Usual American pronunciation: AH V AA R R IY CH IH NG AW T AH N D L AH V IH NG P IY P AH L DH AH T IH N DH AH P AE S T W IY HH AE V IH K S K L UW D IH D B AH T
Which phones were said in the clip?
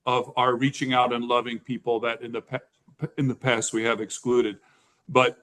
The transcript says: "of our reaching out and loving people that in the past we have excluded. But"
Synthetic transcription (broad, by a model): AH V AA R R IY CH IH NG AW T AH N L AH V IH NG P IY P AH N DH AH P IH N DH AH P AE S T W IY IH V IH K S K L UW D IH D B AH T